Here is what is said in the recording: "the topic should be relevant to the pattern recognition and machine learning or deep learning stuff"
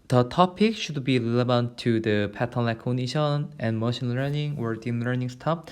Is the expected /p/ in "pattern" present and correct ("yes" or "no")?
yes